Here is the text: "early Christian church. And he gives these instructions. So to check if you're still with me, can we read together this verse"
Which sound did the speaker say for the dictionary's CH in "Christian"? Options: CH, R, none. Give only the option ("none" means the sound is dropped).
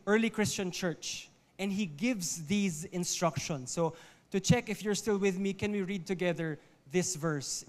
CH